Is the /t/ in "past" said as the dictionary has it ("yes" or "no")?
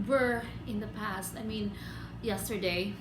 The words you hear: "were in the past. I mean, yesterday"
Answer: yes